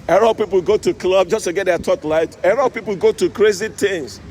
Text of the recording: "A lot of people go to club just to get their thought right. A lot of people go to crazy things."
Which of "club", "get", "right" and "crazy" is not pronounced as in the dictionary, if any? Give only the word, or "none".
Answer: right